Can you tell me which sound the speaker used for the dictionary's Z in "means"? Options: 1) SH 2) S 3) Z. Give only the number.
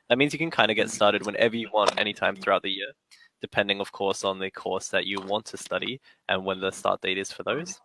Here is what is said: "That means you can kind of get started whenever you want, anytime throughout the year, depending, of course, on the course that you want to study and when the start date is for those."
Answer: 3